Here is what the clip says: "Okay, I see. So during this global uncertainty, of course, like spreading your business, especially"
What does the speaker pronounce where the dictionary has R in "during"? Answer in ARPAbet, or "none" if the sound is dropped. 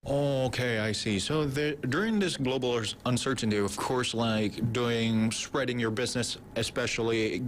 R